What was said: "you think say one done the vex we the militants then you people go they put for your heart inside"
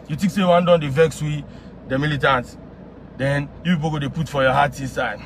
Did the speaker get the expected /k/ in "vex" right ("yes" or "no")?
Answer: yes